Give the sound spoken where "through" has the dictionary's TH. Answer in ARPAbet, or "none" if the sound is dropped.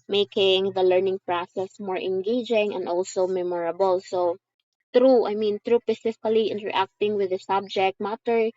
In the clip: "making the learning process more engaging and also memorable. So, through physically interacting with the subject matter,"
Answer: T